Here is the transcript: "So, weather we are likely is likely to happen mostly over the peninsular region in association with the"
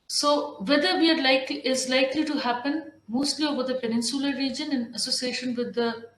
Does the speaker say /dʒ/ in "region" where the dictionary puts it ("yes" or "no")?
yes